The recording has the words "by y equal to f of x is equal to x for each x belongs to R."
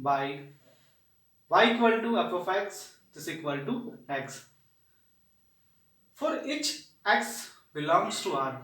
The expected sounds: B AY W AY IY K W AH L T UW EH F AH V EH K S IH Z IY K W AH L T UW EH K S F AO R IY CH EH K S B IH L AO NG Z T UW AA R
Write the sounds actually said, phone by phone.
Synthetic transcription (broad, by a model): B AY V AY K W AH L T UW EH P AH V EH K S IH S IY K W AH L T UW EH K S F AO R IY CH EH K S B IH L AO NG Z T UW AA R